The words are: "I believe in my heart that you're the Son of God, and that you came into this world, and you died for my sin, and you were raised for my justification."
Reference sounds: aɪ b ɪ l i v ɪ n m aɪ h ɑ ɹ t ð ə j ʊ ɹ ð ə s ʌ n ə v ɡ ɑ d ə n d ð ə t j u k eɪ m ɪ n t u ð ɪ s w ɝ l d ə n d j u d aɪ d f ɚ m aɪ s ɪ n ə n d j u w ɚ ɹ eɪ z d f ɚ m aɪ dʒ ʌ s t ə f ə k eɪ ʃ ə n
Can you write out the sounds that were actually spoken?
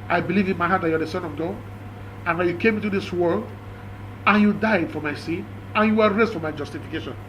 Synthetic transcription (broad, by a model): aɪ b ɪ l i v ɪ n m aɪ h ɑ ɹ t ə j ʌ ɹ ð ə s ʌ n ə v ɡ ɑ d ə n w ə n j u k eɪ m ɪ n t u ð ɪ s w ɝ l d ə n j u d aɪ d f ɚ m aɪ s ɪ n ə n j u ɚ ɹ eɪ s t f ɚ m aɪ dʒ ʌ s t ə f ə k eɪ ʃ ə n